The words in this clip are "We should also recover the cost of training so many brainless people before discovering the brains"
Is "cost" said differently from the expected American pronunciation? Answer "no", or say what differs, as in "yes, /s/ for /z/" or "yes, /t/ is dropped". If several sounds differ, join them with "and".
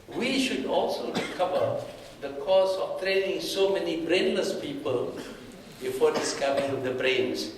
yes, /t/ is dropped